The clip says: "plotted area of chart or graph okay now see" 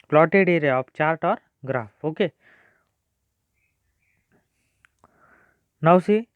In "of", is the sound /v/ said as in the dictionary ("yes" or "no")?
no